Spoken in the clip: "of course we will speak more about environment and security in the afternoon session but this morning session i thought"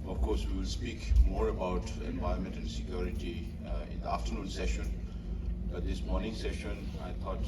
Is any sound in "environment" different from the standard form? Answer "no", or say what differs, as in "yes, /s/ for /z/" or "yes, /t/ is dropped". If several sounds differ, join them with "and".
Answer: yes, /ɹ/ is dropped